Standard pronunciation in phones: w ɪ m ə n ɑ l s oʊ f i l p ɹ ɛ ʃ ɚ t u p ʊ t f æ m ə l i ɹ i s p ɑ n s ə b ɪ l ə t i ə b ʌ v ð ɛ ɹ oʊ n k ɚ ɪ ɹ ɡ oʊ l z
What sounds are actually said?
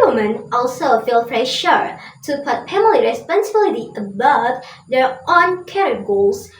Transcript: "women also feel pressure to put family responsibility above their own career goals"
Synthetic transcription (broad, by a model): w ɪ m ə n ɑ l s oʊ f i l f ɹ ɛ ʃ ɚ t u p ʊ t p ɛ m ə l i ɹ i s p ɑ n s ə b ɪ l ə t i ə b ʌ v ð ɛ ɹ oʊ n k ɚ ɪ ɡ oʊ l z